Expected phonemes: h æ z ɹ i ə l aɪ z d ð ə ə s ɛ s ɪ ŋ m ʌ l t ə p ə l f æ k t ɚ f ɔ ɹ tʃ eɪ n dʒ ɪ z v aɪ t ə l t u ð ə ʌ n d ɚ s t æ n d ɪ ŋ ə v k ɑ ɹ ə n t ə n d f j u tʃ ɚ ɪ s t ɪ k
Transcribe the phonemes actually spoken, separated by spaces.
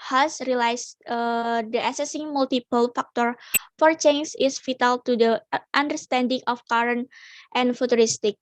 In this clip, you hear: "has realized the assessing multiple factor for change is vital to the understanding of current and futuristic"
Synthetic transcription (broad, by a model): h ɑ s ɹ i l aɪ s d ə ə s ɛ s ɪ ŋ m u l t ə p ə l f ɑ k t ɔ f ɔ ɹ tʃ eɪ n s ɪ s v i t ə l t u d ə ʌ n d ɚ s t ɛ n d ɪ ŋ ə f k ɑ ɹ ə n t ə n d f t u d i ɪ s t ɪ k